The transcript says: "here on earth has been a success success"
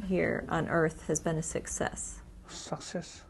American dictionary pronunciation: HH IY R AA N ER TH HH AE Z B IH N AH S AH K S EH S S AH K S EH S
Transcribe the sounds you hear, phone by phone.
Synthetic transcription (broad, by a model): HH IY R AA N ER TH HH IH Z B IH N AH S AH K S EH S S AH K S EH S